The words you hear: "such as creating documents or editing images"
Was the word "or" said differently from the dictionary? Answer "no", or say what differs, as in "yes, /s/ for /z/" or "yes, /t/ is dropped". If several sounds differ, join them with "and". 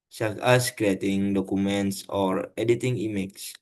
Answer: no